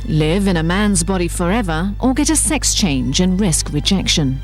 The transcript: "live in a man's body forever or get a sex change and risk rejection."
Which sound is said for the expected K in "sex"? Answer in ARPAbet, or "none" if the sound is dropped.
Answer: K